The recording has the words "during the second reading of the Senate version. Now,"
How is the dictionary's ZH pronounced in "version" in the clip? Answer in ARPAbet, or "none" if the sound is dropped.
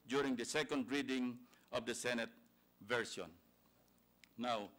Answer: S